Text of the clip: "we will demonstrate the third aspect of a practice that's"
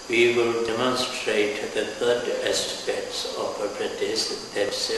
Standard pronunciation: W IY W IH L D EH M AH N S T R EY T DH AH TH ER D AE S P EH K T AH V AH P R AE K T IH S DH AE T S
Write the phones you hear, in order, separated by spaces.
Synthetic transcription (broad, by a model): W IY W IH L D EH M AH N S T R EY T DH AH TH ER D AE S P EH K T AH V AH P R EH T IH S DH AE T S